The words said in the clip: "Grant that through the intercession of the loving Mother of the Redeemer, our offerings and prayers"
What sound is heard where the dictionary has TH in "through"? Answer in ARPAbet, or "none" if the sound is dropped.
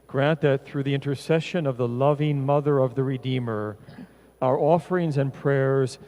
TH